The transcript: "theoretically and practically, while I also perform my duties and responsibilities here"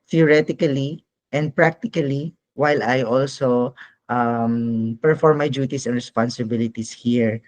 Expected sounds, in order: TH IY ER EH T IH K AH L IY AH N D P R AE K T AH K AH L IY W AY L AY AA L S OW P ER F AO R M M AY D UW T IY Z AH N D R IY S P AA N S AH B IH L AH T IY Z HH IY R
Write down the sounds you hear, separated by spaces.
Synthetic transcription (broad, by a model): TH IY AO EH T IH K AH L IY AH N D P R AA K T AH K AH L IY W AY L AY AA L S OW P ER F AO R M M AY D UW T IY S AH N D R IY S P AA N S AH B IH L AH T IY S HH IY R